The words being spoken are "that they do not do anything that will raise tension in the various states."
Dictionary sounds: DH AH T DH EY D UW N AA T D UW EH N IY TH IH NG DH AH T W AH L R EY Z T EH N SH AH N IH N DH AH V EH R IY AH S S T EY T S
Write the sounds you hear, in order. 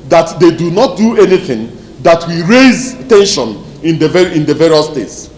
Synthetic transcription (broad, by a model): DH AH T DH EY D UW N AA T D UW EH N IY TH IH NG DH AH T W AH R EY Z T EH N SH AH N IH N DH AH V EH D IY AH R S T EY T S